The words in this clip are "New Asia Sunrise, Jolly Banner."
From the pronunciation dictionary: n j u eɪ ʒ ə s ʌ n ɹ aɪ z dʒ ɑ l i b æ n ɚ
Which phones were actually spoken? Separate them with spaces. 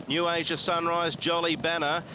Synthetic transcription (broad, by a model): n j u eɪ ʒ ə s ʌ n ɹ aɪ z dʒ ɑ l i b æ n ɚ